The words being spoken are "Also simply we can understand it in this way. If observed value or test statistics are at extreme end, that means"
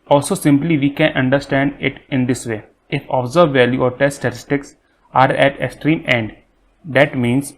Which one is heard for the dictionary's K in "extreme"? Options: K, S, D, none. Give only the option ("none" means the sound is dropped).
K